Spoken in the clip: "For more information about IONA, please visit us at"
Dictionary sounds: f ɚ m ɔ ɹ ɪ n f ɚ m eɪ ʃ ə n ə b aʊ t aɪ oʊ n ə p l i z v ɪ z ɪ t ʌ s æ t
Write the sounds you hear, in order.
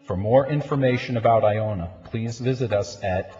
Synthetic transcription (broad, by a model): f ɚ m ɔ ɹ ɪ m f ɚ m eɪ ʃ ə n ə b aʊ t aɪ oʊ n ə p l i z v ɪ z ɪ t ʌ s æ t